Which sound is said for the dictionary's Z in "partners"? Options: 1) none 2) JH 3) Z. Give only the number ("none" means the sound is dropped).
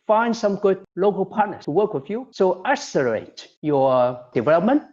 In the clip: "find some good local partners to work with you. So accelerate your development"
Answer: 1